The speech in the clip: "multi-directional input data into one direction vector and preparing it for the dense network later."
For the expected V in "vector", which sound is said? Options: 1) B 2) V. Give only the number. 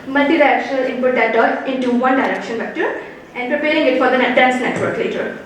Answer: 1